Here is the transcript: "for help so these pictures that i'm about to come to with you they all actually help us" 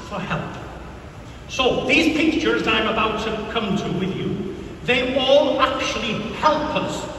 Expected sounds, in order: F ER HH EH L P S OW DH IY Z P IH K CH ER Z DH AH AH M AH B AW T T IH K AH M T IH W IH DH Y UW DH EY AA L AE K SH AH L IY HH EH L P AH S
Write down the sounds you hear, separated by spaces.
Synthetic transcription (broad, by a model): F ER HH EH L P S OW DH IY Z P IH K CH ER Z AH AH M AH B AW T T IH K AH M T IH W IH DH Y UW DH EY AA L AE K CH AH L IY HH EH L P AH S